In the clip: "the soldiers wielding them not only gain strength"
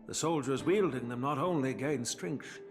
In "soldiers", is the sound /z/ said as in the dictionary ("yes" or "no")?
yes